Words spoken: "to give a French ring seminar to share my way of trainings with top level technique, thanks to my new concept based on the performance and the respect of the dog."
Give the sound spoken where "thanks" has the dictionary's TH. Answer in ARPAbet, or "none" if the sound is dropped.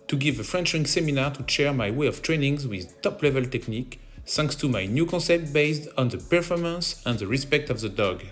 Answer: S